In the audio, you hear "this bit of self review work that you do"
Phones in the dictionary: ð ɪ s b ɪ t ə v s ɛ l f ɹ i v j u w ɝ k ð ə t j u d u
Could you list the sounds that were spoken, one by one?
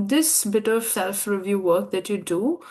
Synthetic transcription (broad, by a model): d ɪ s b ɪ t ə v s ɛ l f ɹ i v j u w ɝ k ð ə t j u d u